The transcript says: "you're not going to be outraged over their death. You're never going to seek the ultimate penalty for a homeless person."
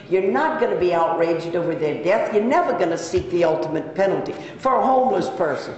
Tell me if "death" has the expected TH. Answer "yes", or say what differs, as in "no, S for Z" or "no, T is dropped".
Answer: yes